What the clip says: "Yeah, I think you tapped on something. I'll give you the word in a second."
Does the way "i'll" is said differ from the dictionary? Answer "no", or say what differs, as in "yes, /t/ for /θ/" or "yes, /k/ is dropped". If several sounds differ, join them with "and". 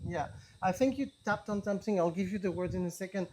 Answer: no